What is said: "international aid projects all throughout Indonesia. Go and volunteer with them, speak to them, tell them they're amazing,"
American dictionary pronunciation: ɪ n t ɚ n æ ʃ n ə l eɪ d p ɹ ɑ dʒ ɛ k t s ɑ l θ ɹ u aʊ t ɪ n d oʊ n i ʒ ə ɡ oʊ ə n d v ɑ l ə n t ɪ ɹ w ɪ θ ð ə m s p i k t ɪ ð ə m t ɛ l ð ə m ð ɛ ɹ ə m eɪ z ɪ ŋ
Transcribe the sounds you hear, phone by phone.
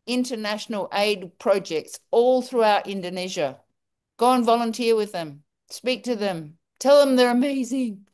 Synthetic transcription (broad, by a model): ɪ n t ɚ n æ ʃ n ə l eɪ d p ɹ ɑ dʒ ɛ k t s ɑ l θ ɹ u aʊ t ɪ n d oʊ n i ʒ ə ɡ oʊ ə n v ɑ l ə n t ɪ ɹ w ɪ ð ə m s p i k t ɪ ð ə m t ɛ l ð ə m ð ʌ ɹ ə m eɪ z ɪ ŋ